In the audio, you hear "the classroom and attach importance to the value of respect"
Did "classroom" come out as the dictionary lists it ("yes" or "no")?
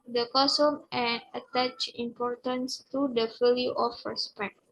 no